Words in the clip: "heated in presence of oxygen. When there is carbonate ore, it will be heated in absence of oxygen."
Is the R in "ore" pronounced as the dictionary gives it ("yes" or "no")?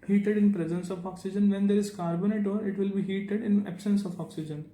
yes